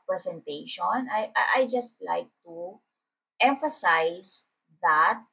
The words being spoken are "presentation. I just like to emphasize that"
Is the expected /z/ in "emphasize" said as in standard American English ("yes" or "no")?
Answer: no